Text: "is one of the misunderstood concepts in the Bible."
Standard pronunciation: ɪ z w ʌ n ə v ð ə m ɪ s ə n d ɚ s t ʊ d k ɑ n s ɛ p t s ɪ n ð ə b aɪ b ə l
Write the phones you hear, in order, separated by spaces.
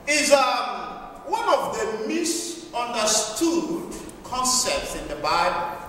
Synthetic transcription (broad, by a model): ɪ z w ʌ n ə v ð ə m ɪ s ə n d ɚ s t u d k ɑ n s ɛ p t s ɪ n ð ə b aɪ b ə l